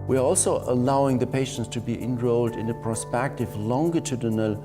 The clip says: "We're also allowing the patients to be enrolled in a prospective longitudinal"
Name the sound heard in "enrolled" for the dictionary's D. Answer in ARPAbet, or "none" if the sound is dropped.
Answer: D